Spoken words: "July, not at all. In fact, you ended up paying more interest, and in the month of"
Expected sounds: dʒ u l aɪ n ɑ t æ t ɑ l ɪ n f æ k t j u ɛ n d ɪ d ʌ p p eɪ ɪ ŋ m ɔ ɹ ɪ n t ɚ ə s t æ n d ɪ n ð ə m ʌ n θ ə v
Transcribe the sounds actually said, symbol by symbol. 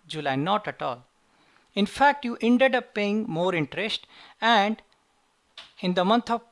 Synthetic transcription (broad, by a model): dʒ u l aɪ n ɑ t æ t ɑ l ɪ n f æ k t j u ɛ n d ɪ d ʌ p p eɪ ɪ ŋ m ɔ ɹ ɪ n t ɚ ə s t æ n d ɪ n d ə m ʌ n t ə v